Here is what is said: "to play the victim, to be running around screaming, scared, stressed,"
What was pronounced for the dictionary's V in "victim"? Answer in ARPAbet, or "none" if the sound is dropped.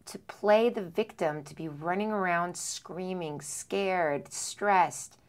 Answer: V